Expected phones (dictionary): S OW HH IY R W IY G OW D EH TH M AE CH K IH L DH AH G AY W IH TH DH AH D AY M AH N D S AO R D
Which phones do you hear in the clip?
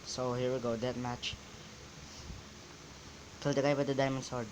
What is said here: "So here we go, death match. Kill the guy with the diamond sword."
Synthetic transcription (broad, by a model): S OW HH IY R W IY G OW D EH T M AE CH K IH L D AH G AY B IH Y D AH D AY M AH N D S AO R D